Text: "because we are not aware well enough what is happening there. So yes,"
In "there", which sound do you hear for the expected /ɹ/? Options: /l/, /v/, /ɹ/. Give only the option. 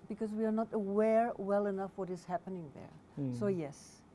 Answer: /ɹ/